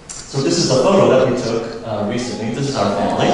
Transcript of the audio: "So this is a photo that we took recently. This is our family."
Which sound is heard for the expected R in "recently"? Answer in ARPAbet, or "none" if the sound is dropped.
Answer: R